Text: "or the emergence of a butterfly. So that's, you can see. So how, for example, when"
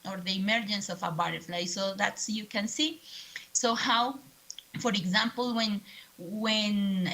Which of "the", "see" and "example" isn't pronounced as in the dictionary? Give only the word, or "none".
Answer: example